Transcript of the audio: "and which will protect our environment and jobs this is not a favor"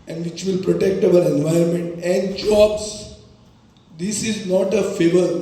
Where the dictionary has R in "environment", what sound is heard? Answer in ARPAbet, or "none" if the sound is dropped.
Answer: none